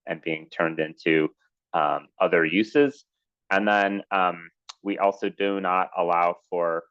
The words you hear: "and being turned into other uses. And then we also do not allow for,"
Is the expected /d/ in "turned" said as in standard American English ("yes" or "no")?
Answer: yes